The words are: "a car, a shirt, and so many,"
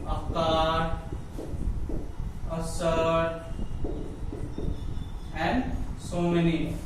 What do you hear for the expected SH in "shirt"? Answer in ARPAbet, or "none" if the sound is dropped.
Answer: S